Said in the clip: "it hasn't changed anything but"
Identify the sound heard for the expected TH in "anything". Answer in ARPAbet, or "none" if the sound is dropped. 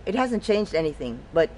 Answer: TH